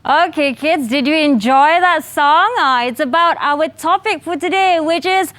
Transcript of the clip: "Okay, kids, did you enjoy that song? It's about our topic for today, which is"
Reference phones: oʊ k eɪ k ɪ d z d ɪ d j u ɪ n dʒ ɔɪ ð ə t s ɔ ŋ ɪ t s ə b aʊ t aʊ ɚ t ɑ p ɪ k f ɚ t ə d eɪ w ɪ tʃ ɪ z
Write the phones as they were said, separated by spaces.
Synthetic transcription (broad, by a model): oʊ k eɪ k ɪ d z d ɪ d j u ɪ n dʒ ɔɪ ð ə t s ɔ ŋ ɪ t s ə b aʊ t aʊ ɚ t ɑ p ɪ k f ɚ t ə d eɪ w ɪ tʃ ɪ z